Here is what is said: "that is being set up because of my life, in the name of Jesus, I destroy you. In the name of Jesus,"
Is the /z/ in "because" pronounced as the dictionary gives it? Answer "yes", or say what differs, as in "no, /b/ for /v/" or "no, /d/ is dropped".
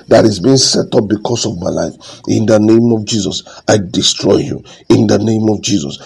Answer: no, /s/ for /z/